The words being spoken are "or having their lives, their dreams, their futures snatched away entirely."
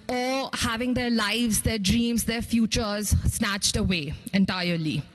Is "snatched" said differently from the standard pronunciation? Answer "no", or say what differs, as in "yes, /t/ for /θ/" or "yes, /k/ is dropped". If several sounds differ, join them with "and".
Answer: no